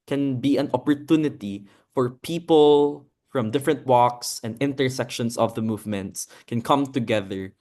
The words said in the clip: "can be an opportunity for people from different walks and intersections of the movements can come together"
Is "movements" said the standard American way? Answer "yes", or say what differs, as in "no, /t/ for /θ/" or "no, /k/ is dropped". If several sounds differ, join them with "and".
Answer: yes